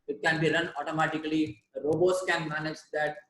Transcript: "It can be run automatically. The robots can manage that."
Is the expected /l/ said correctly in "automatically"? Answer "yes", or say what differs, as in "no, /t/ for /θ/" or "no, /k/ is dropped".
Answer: no, /l/ is dropped